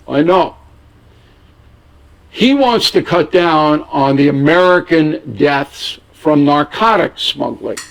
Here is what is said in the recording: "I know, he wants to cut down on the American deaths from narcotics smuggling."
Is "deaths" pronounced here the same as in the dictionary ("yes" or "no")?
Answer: yes